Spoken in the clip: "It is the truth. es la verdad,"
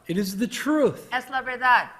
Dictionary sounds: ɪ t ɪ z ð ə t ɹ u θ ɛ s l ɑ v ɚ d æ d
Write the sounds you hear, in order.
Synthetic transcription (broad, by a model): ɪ t ɪ z ð ə t ɹ u θ ɛ s l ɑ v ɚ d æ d